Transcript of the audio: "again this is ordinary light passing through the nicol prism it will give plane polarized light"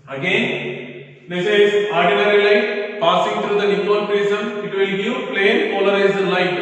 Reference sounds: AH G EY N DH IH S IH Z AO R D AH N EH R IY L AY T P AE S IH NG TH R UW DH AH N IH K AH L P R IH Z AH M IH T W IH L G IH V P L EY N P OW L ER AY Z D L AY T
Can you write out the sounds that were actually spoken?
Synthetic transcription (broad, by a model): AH G EY N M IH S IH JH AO R D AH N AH R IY L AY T P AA S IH NG T R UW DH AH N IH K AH N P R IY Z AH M IH T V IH L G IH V P L EY N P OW L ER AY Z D L AY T